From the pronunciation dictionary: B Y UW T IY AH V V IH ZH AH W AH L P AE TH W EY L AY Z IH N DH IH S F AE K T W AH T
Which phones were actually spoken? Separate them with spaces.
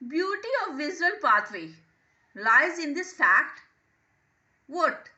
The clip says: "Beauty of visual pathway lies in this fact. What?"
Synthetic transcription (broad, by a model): B Y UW T IY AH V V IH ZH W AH L P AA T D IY L AY Z IH N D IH S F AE K T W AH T